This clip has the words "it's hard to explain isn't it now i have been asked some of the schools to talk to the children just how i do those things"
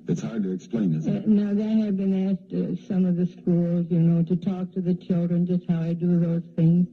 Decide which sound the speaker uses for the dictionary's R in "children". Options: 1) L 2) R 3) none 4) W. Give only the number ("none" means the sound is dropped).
2